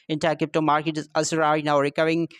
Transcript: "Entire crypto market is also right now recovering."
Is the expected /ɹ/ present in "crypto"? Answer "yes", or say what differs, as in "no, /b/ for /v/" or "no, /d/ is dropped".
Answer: no, /ɹ/ is dropped